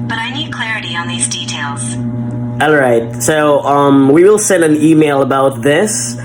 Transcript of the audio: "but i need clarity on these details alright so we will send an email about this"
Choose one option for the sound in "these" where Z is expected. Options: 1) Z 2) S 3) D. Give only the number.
1